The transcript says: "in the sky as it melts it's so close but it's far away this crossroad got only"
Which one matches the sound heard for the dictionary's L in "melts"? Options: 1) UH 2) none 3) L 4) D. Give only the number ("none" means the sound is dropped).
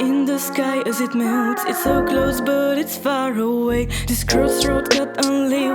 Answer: 2